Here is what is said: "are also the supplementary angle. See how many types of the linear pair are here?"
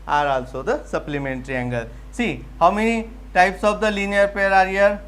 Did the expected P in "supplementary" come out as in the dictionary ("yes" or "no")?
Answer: yes